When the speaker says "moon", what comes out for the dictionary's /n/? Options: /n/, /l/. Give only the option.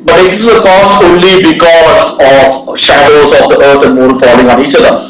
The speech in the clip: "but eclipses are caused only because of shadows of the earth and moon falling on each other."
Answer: /l/